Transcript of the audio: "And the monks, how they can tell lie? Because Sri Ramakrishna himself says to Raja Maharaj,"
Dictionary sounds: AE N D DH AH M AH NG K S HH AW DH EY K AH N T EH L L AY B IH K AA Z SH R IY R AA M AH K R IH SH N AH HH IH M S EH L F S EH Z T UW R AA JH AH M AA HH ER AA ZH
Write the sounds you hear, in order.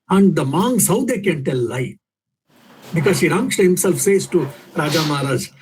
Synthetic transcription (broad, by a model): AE N D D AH M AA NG S HH AW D EY K AH N T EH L L AY B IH K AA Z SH IY R AA M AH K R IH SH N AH HH IH M S EH L F S EH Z T UW R AA JH AH M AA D AA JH